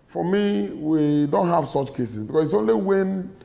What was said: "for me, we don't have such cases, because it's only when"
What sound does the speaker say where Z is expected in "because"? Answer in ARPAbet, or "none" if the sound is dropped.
S